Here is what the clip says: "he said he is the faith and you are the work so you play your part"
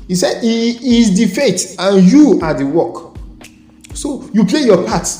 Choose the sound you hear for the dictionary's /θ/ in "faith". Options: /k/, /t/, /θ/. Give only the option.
/t/